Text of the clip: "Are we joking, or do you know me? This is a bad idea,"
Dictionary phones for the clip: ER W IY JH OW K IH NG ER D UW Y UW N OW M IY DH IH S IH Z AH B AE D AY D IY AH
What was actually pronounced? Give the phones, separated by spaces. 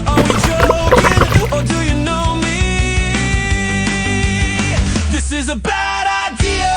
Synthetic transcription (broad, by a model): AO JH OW IH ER D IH Y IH N OW M IY DH IH S IH Z AH B AE D AY D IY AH